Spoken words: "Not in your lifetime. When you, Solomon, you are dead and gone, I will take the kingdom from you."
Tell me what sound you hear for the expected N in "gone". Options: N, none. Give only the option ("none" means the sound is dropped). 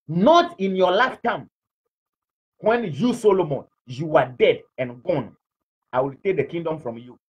N